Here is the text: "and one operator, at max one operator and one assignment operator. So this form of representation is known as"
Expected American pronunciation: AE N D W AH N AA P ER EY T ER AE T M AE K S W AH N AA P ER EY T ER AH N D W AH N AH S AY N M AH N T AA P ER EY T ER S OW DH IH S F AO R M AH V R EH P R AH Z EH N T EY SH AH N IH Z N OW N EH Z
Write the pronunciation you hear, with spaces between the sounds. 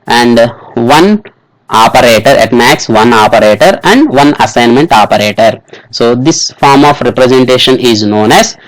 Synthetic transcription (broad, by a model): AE N D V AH N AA P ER EY T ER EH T M AE K S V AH N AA P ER EY T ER AH N D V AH N AH S AY N M AH N T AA P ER EY T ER S OW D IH S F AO R M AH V R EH P R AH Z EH N T EY SH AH N IH Z N OW N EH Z